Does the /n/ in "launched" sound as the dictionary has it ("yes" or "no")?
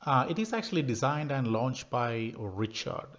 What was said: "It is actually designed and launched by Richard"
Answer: yes